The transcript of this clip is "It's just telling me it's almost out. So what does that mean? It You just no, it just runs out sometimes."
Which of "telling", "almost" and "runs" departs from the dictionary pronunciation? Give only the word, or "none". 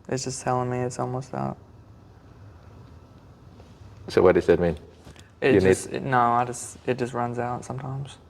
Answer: none